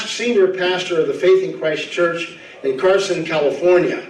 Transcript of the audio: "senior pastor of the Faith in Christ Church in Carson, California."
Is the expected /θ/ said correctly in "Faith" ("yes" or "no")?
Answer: yes